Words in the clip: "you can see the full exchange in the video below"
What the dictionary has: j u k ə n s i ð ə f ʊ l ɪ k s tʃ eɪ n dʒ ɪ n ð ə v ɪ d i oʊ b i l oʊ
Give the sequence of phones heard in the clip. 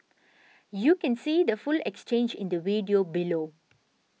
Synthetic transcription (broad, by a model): j u k ə n s i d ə f ʊ l ɪ k s tʃ eɪ n dʒ ɪ n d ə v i d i oʊ b i l oʊ